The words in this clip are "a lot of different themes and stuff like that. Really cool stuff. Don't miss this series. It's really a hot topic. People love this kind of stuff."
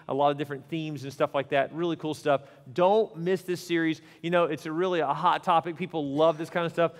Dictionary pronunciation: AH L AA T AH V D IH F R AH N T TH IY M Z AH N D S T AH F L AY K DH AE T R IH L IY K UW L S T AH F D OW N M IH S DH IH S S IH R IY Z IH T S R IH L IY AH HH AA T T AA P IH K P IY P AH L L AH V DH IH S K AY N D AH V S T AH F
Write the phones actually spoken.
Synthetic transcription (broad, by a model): AH L AA T AH V D IH F R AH N TH IY M Z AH N S T AH F L AY K DH AE T R IH L IY K UW L S T AH F D OW N M IH S DH IH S S IH R IY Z IH T S R IH L IY AH HH AA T T AA P IH K P IY P L L AH V DH IH S K AY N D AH S T AH F